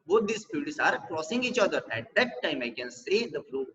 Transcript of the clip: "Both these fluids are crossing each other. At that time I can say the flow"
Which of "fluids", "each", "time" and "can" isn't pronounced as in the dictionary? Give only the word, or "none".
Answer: fluids